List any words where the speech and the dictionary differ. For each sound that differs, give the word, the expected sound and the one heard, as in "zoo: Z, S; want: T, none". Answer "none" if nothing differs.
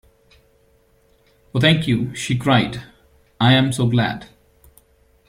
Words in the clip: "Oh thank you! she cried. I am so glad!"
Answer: thank: TH, T